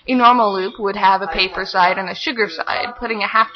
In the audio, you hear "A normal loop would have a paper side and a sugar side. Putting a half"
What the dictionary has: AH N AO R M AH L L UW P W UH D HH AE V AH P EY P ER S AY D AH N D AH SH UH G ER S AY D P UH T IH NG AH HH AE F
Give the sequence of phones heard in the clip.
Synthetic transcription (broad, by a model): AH N AO R M L L UW P W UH D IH V AH P EY P ER S AY D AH N AH SH UH G ER S AY D P UH T IH NG AH HH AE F